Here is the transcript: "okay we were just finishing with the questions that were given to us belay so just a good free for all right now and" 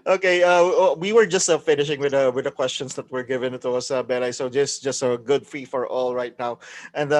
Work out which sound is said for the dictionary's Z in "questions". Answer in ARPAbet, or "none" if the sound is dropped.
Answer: S